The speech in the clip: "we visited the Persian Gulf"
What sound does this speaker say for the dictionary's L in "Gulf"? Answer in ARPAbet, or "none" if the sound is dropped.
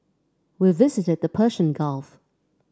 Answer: L